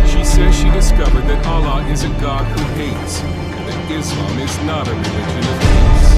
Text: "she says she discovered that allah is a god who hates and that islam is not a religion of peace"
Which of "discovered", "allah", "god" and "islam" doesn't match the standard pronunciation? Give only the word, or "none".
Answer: islam